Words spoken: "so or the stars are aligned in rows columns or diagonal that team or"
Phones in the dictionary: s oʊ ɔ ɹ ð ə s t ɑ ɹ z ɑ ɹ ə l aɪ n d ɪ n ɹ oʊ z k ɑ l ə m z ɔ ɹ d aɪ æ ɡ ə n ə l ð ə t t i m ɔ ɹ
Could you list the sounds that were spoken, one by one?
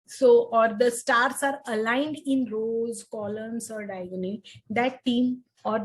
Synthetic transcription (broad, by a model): s oʊ ɔ ɹ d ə s t ɑ ɹ s ɑ ɹ ə l aɪ n d ɪ n ɹ oʊ z k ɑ l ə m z ɔ ɹ d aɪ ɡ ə n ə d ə t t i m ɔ ɹ